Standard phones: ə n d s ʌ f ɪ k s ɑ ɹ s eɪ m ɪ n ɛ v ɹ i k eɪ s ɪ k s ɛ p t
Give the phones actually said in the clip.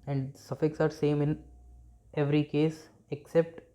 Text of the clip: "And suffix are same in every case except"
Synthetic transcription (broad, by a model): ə n d s ʌ f ɪ k s ɑ ɹ s eɪ m ɪ n ɛ v ɹ i k eɪ s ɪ k s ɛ p t